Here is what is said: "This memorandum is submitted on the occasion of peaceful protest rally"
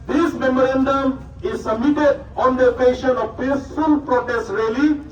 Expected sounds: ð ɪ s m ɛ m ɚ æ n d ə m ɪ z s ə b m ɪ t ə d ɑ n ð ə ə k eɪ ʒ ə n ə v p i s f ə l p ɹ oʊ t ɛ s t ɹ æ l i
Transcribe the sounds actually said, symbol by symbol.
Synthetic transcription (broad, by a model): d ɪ s m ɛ m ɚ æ n d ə m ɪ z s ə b m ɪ t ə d ɑ n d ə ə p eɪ ʃ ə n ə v p i s f ə l p ɹ oʊ t ɛ s t ɹ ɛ l i